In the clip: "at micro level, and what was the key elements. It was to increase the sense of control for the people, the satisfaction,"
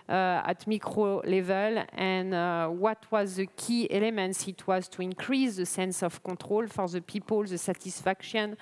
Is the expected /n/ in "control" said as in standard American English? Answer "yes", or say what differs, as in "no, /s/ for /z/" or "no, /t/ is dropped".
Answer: no, /n/ is dropped